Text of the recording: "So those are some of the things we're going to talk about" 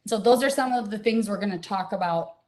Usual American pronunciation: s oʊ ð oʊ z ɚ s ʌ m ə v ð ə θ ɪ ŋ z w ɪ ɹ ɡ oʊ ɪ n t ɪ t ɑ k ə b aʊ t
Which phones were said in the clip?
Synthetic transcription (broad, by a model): s oʊ ð oʊ z ɚ s ʌ m ə v ð ə θ ɪ ŋ z w ɪ ɹ ɡ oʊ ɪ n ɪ t ɑ k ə b aʊ t